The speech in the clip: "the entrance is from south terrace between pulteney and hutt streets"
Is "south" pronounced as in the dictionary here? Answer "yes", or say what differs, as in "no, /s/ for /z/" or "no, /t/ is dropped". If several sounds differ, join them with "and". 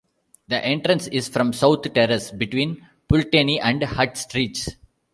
no, /t/ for /θ/